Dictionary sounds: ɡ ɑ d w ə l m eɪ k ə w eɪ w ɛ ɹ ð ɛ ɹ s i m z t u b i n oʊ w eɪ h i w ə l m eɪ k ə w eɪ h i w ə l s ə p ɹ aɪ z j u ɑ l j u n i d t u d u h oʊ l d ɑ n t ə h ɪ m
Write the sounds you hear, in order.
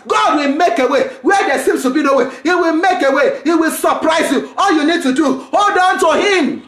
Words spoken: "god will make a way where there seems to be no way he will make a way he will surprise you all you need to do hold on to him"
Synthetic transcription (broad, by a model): ɡ ɑ d w ə l m eɪ k ə w eɪ w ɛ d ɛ s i m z t u b i n oʊ w eɪ h i w ə l m eɪ k ə w eɪ h i w ə l s ə p ɹ aɪ z j u ɑ l j u n i d t u d u h oʊ l d ɑ n t ə h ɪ m